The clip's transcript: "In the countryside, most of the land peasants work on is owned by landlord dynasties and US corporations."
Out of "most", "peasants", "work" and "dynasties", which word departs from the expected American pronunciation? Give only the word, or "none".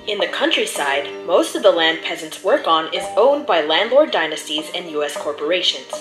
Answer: none